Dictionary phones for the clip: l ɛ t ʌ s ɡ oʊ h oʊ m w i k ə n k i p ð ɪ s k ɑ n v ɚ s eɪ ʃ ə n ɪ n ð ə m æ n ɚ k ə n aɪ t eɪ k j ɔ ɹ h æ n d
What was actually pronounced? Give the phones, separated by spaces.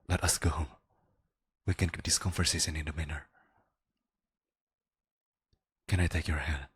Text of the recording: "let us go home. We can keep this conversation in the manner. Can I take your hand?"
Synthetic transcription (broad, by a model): l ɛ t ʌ s ɡ oʊ h oʊ m w i k ə n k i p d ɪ s k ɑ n f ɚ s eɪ s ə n ɪ n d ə m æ n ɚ k ə n aɪ t eɪ k j ɔ ɹ h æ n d